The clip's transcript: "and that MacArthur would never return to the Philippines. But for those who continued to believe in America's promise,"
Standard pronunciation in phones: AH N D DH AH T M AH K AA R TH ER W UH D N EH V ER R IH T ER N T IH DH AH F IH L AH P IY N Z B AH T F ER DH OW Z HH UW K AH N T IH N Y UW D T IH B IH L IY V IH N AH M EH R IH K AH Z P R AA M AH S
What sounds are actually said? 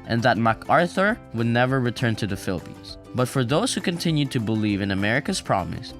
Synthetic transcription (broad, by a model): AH N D DH AH T M AH K AA R TH ER W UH D N EH V ER R IH T ER N T IH DH AH F IH L AH P IY N Z B AH T F ER DH OW Z HH UW K AH N T IH N Y UW D T IH B IH L IY V IH N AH M EH R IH K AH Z P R AA M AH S